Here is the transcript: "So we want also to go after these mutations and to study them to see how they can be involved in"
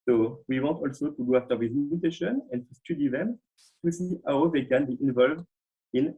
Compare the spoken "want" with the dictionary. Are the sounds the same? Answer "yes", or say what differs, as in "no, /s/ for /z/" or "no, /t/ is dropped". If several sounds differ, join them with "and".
no, /n/ is dropped